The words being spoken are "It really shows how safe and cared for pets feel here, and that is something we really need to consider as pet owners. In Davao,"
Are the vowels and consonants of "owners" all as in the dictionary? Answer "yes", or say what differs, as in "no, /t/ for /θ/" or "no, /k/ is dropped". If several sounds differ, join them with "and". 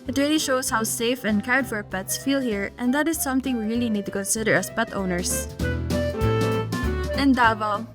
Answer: no, /s/ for /z/